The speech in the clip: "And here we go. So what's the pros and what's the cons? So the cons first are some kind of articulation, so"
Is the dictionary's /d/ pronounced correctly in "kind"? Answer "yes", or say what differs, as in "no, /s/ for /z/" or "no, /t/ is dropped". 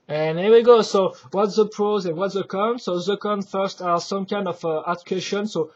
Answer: yes